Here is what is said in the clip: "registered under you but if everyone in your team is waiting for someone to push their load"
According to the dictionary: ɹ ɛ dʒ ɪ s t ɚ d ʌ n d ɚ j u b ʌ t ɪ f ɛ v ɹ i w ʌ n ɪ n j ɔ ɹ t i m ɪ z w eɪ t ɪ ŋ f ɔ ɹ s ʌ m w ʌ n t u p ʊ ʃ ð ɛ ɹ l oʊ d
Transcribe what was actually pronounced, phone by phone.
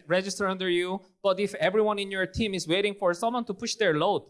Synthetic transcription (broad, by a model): ɹ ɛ dʒ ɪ s t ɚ ʌ n d ɚ j u b ʌ t ɪ f ɛ v ɹ i w ʌ n ɪ n j ɔ ɹ t i m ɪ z w eɪ t ɪ ŋ f ɔ ɹ s ʌ m w ʌ n t u p ʊ ʃ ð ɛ ɹ l oʊ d